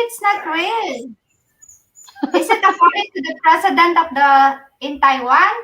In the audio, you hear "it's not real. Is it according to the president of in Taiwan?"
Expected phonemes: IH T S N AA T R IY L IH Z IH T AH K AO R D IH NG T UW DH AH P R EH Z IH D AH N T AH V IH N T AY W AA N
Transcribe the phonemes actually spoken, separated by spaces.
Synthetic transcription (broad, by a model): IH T S N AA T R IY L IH S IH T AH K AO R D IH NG T UW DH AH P R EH S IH D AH N T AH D IH N T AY W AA N